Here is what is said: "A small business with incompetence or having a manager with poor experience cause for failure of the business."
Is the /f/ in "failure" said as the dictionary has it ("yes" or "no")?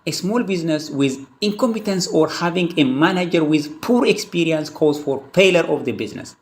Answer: no